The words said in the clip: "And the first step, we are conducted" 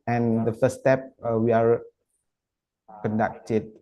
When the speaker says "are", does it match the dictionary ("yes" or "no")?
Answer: yes